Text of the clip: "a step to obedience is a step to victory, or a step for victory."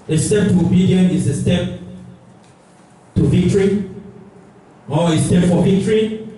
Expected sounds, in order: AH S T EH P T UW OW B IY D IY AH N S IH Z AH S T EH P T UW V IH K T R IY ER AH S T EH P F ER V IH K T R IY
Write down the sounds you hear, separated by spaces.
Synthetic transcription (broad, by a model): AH S T EH P T UW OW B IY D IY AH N IH S AH S T EH P T UW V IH K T R IY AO AH S T EH P F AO V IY K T R IY